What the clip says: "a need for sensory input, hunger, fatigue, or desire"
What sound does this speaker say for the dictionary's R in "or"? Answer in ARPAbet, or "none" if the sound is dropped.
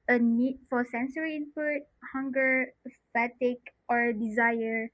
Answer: R